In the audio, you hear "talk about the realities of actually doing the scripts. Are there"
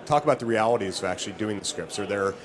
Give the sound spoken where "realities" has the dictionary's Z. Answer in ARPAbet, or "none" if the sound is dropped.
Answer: Z